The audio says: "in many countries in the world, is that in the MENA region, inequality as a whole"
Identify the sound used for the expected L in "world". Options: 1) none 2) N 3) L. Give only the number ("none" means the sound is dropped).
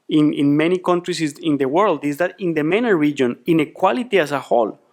3